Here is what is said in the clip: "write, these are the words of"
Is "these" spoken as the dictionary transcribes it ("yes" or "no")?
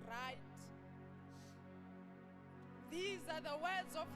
yes